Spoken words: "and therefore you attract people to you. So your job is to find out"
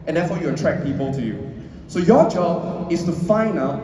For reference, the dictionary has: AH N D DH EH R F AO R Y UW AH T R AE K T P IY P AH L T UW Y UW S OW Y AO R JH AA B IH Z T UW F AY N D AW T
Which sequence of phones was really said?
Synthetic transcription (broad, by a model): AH N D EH F AO Y UW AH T R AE K P IY P AH L T UW Y UW S OW Y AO JH AA B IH S T UW F AY N D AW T